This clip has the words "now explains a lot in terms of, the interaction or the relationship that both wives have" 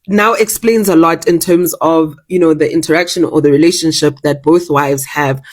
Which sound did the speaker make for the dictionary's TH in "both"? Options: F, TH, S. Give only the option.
TH